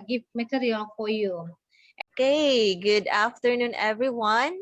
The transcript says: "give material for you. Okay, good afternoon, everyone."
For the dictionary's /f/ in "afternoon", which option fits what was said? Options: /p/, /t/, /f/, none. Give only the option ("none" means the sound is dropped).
/f/